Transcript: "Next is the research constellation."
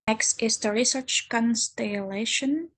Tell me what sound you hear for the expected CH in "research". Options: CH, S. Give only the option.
CH